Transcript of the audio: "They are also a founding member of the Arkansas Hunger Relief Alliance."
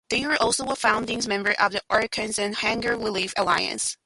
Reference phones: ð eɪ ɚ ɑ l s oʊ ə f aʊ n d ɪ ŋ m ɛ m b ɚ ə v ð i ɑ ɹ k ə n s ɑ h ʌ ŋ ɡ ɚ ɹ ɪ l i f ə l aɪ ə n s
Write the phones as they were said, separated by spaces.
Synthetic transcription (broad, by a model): ð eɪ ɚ ɑ l s oʊ ə f aʊ n d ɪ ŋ m ɛ m b ɚ ə v ð i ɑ ɹ k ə n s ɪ h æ ŋ ɡ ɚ w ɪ l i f ə l aɪ ə n s